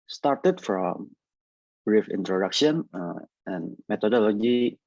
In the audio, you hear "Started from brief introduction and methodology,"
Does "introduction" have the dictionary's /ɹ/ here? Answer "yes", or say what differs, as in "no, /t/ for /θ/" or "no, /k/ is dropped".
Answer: yes